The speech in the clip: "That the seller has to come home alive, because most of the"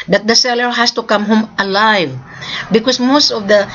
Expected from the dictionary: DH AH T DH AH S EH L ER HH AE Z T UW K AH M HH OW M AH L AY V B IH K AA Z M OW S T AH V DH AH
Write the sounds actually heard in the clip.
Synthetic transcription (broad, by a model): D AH T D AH S EH L ER HH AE S T UW K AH M HH OW M AH L AY V B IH K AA S M OW S T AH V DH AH